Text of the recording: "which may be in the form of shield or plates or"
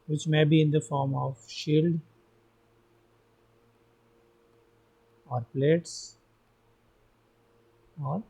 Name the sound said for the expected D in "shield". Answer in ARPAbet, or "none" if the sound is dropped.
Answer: D